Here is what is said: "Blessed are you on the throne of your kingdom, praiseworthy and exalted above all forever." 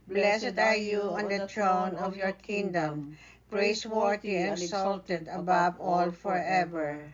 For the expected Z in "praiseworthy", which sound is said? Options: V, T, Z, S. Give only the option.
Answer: S